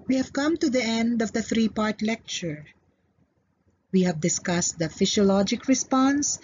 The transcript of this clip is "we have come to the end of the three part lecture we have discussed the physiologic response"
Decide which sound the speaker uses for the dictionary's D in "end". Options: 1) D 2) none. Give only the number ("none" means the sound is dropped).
1